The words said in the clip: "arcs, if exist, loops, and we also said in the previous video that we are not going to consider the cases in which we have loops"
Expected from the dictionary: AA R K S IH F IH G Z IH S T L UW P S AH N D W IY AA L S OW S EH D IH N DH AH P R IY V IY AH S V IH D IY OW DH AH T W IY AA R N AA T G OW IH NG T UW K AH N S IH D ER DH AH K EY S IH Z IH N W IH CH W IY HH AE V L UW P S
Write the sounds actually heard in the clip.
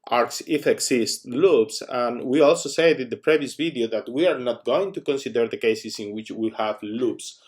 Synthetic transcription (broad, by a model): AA R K S IH F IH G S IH S T L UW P S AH N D W IY AA L S OW S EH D IH N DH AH P R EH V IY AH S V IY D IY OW DH AH T W IY AA R N AA T G OW IH NG T UW K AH N S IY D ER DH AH K EY S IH S IH N W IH CH W IY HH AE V L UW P S